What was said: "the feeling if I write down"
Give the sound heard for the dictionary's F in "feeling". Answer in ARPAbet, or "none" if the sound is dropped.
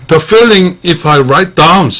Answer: F